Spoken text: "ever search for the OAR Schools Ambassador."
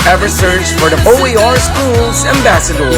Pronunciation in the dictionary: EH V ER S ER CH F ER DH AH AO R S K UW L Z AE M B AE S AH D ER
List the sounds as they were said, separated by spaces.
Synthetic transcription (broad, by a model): EH V ER S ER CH F ER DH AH AO R S K UW L Z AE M B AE S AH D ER